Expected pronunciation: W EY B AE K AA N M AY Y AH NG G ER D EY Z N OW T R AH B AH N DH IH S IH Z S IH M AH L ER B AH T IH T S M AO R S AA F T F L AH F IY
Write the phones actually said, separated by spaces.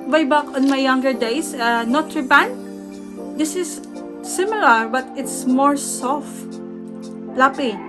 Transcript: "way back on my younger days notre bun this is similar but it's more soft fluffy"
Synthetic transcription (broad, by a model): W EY B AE K AA N M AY Y AH NG G ER D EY S N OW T R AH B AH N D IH S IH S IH M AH L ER B AH T IH T S M AO R S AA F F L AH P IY